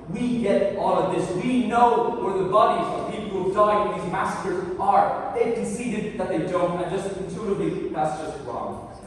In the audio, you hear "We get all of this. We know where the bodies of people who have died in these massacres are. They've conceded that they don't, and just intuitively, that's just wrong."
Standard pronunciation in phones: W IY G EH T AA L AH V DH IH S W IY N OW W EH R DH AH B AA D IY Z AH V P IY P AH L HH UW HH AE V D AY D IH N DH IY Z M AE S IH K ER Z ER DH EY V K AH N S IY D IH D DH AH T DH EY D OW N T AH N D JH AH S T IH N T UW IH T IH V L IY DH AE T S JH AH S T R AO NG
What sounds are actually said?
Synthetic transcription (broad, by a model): W IY G EH T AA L AH V DH IH S W IY N OW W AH R DH AH B AA D IY Z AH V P IY P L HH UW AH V D AY IH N DH IY Z M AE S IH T ER Z ER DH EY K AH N S IY D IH D DH AH T DH EY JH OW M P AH N JH AH S T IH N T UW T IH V L IY DH AE T S JH AH S T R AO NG